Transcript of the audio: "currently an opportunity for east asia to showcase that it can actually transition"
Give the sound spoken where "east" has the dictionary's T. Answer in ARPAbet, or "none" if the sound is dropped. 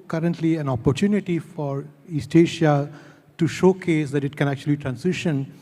T